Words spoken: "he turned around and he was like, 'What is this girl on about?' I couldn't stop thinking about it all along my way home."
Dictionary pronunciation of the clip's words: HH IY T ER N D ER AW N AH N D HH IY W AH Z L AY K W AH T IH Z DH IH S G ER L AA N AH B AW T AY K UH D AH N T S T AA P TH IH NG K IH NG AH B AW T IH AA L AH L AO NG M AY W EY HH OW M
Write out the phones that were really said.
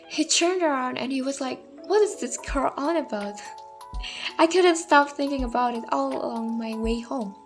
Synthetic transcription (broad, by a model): HH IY T ER N D ER AW N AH N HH IY W AH Z L AY K W AH T IH Z DH IH S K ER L AA N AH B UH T AY K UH D N T S T AA P TH IH NG K IH NG AH B AW T IH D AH L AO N M AY W EY HH OW M